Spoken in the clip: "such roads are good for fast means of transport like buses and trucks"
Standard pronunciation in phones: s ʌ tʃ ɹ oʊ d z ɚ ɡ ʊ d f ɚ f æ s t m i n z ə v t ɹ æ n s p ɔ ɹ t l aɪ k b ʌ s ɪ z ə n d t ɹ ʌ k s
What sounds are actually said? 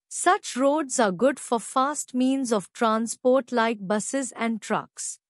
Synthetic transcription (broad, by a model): s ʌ tʃ ɹ oʊ d z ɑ ɡ ʊ d f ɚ f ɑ s t m i n z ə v t ɹ æ n s p ɔ ɹ t l aɪ k b ʌ s ɪ z ə n d t ɹ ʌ k s